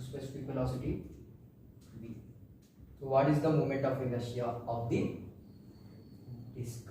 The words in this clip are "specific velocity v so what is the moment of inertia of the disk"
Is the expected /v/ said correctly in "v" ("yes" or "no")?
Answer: no